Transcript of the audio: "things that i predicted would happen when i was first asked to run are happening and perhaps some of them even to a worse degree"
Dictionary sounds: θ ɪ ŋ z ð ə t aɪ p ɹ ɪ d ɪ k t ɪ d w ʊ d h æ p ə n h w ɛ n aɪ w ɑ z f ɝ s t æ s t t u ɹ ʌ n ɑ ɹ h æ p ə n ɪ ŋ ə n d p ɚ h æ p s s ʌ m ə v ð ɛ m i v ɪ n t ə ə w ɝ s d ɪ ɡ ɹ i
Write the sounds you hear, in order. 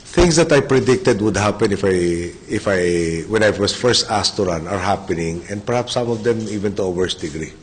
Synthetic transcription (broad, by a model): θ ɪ ŋ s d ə t aɪ p ɹ ɪ d ɪ k t ɪ d w ʊ d h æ p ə n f w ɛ n aɪ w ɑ s f ɝ s t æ s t t u ɹ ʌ n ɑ ɹ h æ p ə n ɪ ŋ ə n d p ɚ h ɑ p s s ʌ m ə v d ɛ m i v ɪ n t ə ə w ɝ s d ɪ ɡ ɹ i